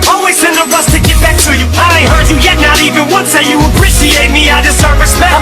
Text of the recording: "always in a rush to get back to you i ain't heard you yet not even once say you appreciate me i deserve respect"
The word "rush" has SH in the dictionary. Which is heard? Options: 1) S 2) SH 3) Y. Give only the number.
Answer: 1